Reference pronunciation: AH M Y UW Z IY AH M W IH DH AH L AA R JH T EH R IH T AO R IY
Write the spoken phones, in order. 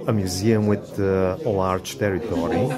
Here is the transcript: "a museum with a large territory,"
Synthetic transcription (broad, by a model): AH M Y UW Z IY AH M W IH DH AH L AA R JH T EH R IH T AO R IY